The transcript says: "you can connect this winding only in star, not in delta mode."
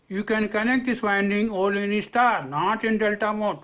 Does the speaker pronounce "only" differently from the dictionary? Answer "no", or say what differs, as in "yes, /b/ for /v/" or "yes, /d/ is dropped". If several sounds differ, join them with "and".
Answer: yes, /n/ is dropped